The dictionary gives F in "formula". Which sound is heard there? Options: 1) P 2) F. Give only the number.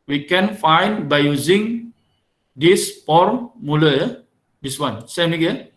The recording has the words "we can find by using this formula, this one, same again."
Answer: 1